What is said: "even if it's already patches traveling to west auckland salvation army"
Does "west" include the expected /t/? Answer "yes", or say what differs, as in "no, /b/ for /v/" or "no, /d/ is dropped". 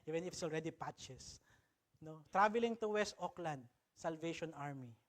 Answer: yes